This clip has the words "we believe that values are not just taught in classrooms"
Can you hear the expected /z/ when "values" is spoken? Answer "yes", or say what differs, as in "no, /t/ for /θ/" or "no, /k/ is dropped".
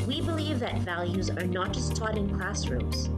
yes